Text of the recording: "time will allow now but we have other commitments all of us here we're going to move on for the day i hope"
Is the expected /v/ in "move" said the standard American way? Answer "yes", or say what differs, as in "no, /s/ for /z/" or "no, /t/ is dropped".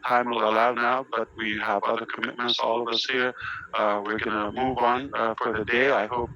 yes